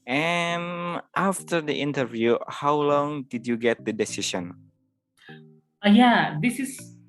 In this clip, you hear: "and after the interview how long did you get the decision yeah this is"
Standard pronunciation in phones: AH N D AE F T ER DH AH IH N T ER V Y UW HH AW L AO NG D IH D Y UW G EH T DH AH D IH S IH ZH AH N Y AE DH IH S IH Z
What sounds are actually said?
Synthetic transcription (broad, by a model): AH N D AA F T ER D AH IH N T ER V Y UW HH AW L AO NG D IH D Y UW G EH T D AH D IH S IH S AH N Y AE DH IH S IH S